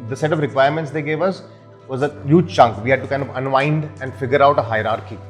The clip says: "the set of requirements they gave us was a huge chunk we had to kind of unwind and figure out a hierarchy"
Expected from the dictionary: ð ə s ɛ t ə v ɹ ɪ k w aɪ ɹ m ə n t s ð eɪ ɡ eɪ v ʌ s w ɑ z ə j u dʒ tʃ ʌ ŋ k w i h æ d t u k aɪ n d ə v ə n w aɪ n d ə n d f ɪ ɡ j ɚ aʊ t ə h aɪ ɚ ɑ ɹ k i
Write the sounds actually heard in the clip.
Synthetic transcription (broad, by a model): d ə s ɛ t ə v ɹ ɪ k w aɪ ɹ m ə n t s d eɪ ɡ eɪ v ʌ s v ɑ z ə j u dʒ tʃ ʌ ŋ k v i h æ d t u k aɪ n d ə v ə n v aɪ n d ə n d f ɪ ɡ j ɚ aʊ t ə h aɪ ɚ ɑ ɹ k i